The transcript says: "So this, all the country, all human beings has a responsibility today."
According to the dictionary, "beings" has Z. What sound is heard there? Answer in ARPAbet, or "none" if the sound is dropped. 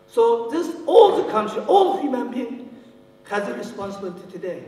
none